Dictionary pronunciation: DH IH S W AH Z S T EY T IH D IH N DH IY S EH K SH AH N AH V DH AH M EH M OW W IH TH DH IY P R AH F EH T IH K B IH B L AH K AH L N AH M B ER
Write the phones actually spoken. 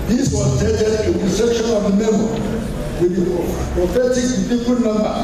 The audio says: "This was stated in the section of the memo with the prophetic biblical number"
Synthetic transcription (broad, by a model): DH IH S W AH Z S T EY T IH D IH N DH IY S EH K SH AH N AH V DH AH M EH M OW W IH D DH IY P R AH F EH T IH K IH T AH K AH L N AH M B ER